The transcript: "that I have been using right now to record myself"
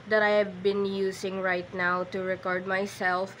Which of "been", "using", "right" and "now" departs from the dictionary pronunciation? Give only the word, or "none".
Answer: using